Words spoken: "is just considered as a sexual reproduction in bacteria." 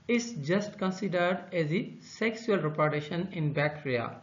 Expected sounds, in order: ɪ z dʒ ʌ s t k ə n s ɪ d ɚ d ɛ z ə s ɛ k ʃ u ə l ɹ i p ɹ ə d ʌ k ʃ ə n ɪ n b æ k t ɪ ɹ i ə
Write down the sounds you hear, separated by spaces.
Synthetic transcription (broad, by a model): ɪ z dʒ ʌ s t k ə n s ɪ d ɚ d ɛ z ə s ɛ k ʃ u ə l ɹ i p ɹ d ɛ ʃ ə n ɪ n b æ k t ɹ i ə